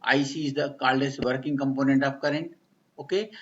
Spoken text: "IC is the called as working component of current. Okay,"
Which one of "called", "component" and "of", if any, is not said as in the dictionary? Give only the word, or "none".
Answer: of